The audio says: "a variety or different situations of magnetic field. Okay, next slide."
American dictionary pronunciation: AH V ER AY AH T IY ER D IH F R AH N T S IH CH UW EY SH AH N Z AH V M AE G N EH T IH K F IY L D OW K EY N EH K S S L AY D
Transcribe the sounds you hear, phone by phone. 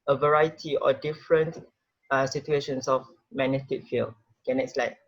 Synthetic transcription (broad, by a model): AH V ER AY AH T IY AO D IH F R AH N T S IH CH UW EY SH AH N S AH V M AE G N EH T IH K F IY L D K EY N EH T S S L AY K